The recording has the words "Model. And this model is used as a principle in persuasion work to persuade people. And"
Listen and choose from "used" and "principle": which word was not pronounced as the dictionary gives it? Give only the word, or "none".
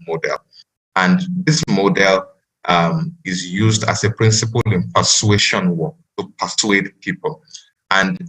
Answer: none